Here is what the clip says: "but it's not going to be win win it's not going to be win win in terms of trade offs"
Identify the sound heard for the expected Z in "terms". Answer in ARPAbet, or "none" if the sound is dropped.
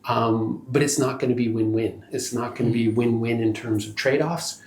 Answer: Z